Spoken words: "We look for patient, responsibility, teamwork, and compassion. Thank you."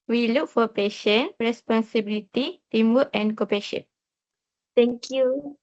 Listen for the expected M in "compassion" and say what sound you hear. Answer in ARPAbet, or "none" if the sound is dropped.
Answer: none